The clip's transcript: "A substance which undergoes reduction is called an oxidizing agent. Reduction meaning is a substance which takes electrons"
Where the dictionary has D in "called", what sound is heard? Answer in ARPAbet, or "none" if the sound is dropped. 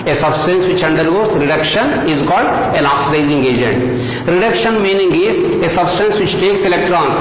D